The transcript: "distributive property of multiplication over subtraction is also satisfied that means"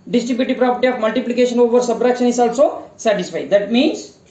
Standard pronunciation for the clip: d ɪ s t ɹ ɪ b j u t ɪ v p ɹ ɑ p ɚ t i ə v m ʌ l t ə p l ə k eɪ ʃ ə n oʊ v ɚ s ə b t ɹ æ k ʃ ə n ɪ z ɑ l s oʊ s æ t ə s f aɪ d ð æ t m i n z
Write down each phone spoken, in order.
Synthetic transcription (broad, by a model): d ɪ s t ɹ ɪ b j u t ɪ p ɹ ɑ p ɚ t i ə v m ʌ l t ə p l ə k eɪ ʃ ə n oʊ v ɚ s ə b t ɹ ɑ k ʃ ə n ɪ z ɑ l s oʊ s æ t ə s f aɪ d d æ t m i n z